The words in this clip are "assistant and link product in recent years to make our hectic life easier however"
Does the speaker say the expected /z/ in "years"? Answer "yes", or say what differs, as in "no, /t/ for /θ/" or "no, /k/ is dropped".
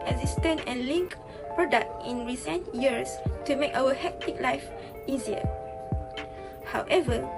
no, /s/ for /z/